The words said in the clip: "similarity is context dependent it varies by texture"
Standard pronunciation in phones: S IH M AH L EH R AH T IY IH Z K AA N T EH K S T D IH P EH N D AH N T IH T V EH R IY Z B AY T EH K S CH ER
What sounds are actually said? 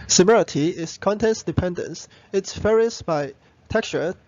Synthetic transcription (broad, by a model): S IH M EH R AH T IY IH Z K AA N T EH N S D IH P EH N D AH N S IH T F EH R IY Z B AY T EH K S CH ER